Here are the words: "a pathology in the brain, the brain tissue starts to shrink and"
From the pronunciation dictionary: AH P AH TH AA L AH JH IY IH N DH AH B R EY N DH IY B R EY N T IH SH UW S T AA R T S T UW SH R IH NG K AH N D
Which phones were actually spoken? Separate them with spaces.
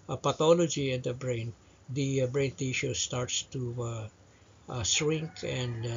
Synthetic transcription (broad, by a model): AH P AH T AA L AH JH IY IH N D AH B R EY N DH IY B R EY N T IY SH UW S T AA R T S T UW S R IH NG K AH N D